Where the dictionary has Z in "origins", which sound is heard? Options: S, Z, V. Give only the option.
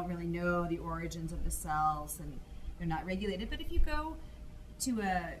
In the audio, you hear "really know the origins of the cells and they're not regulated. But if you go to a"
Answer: Z